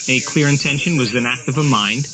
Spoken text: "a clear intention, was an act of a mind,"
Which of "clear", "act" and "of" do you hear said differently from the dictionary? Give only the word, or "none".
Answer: none